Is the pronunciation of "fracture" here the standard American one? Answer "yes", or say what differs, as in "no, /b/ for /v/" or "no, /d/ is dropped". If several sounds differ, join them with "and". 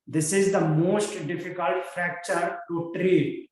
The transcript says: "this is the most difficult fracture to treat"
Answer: yes